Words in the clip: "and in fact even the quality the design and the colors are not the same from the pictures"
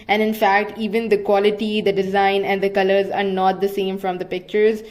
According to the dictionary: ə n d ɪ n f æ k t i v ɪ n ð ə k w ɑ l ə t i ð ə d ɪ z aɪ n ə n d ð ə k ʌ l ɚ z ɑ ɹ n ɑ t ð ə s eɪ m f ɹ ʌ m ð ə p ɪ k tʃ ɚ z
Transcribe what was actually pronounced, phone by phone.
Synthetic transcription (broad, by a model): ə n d ɪ n f æ k t i v ɪ n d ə k w ɑ l ə t i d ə d ɪ z aɪ n ə n d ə k ʌ l ɚ z ɑ ɹ n ɑ t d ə s eɪ m f ɹ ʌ m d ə p ɪ k tʃ ɚ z